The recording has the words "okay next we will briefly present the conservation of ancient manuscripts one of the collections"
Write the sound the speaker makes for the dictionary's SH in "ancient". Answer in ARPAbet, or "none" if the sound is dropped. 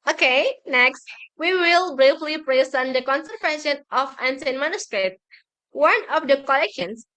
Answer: S